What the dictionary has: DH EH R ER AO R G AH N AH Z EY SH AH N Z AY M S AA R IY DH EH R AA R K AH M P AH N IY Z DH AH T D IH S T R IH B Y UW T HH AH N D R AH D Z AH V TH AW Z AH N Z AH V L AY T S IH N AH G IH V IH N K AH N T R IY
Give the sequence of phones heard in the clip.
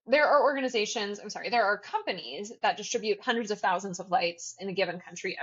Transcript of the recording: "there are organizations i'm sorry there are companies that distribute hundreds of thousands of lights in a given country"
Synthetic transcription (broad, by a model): DH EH R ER AO R G AH N AH Z EY SH AH N Z AY M S AA R IY DH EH R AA R K AH M P AH N IY Z DH AH T D IH S T R IH B Y UW T HH AH N D R AH D Z AH V TH AW Z AH N Z AH V L AY T S IH N AH G IH V IH N K AH N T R IY